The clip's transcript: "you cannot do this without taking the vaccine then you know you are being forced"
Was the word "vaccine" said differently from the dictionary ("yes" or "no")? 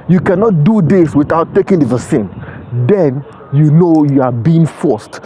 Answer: yes